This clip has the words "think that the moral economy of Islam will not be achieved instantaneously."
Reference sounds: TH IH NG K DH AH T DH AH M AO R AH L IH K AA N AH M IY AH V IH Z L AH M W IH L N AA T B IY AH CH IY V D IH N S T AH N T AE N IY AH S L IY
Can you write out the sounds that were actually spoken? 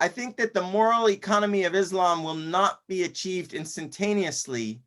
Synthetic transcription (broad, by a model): TH IH NG K DH AH T DH AH M AO R L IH K AA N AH M IY AH V IH Z L AH M W IH L N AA T B IY AH CH IY V D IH N S T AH N T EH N IY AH S L IY